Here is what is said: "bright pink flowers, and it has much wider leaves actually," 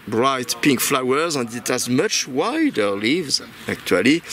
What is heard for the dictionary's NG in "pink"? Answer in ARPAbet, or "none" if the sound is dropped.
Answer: NG